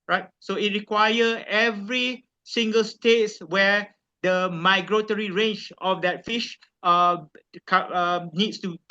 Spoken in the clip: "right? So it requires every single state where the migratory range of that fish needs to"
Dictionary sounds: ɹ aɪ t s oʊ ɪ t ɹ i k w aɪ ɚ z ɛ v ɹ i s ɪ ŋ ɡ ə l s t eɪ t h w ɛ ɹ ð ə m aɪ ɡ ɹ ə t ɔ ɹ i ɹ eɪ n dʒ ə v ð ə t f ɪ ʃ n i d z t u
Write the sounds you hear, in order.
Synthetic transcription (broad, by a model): ɹ aɪ t s oʊ ɪ t ɹ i k w aɪ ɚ ɛ v ɹ i s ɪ ŋ ɡ ə l s t eɪ t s w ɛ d ə m aɪ ɡ ɹ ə t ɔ ɹ i ɹ eɪ n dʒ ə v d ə t f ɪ ʃ n i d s t u